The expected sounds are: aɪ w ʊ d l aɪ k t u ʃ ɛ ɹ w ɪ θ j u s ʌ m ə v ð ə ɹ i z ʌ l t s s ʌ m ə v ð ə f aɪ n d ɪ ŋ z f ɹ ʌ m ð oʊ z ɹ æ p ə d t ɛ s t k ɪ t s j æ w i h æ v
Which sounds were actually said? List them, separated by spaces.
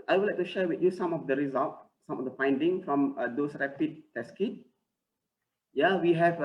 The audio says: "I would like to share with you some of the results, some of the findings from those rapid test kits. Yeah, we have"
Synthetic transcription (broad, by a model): aɪ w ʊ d l aɪ k t u ʃ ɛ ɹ w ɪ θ j u s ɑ m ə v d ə ɹ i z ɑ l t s s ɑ m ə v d ə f aɪ n d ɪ ŋ f ɹ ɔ m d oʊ s ɹ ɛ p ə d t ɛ s k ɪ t j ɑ w i h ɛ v